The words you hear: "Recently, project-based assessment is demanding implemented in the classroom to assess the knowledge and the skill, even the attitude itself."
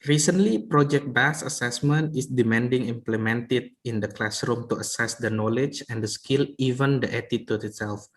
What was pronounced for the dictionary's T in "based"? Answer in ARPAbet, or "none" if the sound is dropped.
none